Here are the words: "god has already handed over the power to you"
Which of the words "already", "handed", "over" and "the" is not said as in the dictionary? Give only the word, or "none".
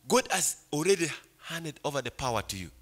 none